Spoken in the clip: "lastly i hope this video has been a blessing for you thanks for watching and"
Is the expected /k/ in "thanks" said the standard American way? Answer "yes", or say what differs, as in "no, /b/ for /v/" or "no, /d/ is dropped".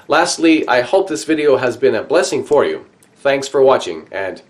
yes